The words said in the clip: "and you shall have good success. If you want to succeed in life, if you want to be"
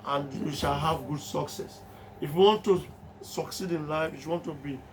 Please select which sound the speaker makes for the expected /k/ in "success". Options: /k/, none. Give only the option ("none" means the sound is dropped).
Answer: /k/